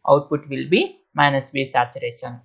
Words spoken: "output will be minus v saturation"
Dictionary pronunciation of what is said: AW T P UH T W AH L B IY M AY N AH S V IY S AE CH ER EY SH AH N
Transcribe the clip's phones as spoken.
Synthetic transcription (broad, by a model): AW T P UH T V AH L B IY M AY N AH S B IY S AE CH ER EY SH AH N